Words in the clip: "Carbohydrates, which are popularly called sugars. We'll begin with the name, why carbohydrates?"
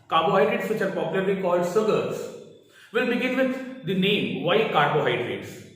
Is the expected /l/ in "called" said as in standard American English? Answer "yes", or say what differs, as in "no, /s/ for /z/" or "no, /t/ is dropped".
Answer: yes